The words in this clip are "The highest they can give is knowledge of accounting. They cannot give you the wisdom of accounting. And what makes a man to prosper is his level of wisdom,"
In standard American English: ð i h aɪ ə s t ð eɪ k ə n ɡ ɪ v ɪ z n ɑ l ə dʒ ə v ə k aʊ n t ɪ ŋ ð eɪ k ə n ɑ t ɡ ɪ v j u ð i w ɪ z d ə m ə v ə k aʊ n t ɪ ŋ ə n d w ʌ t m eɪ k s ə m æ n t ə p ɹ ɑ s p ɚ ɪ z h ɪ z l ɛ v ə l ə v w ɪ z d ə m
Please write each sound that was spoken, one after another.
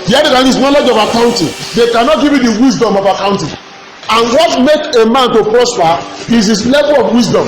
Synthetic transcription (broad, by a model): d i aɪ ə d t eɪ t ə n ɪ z n ɑ l ə dʒ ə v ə k aʊ n t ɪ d eɪ k ə n ɑ t ɡ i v j u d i w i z d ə m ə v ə k aʊ n t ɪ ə n w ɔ t m eɪ k ə m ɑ n t ə p ɹ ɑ s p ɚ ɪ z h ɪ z l ɛ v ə l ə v w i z d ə m